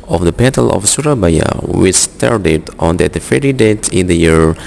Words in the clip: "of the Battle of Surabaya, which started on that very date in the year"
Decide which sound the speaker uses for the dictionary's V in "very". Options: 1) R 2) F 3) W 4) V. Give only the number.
2